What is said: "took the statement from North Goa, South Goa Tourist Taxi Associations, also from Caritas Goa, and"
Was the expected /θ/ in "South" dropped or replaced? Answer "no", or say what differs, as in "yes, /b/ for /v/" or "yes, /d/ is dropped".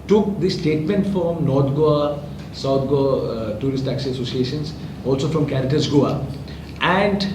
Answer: yes, /t/ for /θ/